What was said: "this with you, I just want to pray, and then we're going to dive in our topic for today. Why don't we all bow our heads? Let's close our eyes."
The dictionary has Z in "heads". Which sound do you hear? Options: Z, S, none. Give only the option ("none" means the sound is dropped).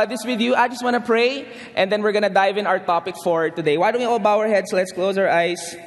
S